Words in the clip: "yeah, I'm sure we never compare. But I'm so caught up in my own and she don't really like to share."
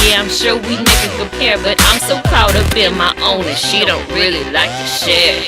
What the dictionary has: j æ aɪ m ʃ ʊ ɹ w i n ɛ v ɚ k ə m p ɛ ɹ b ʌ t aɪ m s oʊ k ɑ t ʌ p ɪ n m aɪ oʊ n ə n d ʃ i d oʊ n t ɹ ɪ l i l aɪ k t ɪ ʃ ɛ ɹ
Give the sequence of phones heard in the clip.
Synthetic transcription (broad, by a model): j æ aɪ m ʃ ʊ ɹ w i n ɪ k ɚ k ə m p ɛ ɹ b ʌ t aɪ m s oʊ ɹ ɑ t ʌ b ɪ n m aɪ oʊ n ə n ʃ i d oʊ n t ɹ ɪ l i l aɪ k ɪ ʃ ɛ